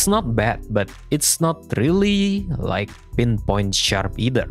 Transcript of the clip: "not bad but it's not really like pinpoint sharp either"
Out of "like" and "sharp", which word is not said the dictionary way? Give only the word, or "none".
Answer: none